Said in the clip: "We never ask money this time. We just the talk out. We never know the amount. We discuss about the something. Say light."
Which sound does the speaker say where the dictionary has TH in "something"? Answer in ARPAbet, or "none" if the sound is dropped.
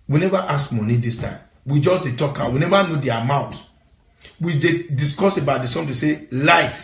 T